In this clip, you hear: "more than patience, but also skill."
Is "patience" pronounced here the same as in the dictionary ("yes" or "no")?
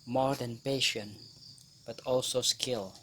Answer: no